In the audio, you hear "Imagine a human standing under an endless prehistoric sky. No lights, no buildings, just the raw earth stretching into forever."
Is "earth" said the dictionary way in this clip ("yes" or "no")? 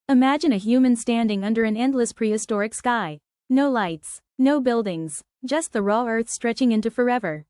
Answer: yes